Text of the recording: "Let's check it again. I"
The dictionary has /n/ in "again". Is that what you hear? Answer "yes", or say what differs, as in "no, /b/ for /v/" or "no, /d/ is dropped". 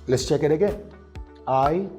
no, /n/ is dropped